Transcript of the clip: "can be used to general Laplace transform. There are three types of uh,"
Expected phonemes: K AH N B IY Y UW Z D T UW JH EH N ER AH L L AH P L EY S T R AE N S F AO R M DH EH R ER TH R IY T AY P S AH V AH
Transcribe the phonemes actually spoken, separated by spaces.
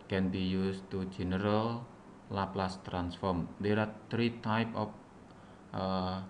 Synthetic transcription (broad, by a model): K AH N B IY Y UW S T UW JH EH N ER AH L L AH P L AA S T R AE N S F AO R M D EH R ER T R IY T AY P AH F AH